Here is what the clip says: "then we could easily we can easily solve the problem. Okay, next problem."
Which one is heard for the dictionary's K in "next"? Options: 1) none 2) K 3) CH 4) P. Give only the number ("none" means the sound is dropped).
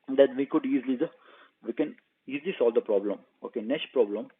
1